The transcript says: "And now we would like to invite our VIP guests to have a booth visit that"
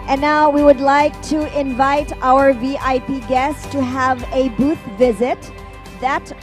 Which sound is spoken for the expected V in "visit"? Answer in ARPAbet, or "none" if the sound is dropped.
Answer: V